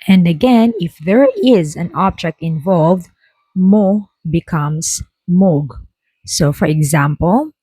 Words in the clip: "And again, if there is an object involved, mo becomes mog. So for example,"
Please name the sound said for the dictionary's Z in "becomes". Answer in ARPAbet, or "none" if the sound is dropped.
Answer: S